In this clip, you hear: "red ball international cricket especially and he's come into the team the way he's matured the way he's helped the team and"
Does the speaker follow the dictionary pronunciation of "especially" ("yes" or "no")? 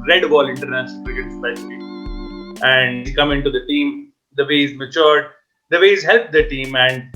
no